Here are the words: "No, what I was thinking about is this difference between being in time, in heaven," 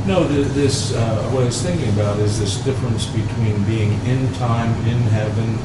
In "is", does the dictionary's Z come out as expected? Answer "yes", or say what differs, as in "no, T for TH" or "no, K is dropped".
yes